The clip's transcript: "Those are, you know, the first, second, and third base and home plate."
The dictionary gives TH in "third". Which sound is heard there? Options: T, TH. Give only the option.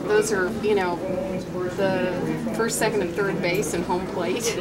TH